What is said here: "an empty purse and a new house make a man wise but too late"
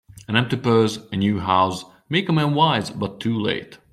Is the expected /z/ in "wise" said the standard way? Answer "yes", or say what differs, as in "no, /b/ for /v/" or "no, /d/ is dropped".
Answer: yes